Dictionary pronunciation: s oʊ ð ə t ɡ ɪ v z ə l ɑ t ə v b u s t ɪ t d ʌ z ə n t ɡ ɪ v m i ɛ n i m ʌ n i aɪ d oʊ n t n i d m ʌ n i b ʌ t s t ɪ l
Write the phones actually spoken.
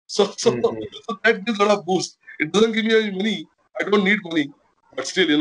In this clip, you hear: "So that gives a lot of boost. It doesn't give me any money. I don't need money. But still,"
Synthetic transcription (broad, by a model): s oʊ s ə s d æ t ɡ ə l ɑ t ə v b u s t ɪ t d ʌ z ə n t ɡ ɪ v m i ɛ i m ʌ n i aɪ d oʊ n t n i d m ʌ n i b ʌ t s t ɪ l